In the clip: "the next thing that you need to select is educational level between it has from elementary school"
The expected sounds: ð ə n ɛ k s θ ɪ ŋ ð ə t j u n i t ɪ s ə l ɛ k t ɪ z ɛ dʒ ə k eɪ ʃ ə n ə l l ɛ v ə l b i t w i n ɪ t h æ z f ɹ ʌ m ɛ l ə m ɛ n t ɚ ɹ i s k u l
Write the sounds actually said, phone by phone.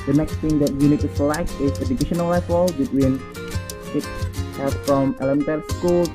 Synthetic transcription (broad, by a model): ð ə n ɛ k s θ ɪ ŋ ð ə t j u n i t ɪ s l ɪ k ɪ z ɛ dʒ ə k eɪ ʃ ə n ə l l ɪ w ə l b i t w i n ɪ t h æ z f ɹ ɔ m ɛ l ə m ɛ n t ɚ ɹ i s k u l